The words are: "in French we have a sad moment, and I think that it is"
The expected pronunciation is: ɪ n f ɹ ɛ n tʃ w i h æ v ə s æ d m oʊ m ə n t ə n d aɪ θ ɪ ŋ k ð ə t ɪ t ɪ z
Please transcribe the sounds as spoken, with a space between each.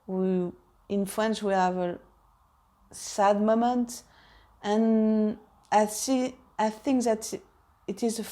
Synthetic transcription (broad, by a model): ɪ n f ɹ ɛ n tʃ w i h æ v ə s æ d m oʊ m ə n t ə n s aɪ θ ɪ ŋ k ð ə t ɪ t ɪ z